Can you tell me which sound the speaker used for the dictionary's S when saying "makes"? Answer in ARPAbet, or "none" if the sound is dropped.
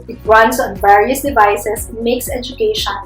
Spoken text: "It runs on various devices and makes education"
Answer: S